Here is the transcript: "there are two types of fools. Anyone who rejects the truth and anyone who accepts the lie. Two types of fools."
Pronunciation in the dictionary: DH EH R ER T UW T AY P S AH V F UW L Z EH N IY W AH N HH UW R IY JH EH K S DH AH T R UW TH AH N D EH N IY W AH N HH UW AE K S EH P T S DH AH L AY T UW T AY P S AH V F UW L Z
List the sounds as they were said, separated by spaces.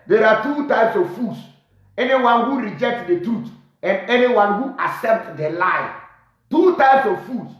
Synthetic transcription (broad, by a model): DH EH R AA T UW T AY P S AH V F UW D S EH N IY W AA N HH UW R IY JH EH K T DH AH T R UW T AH N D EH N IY W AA N HH UW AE S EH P T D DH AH L AY T UW T AY P S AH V F UW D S